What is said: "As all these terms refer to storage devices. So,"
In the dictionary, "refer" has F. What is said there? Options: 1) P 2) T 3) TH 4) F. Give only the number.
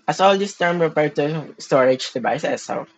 1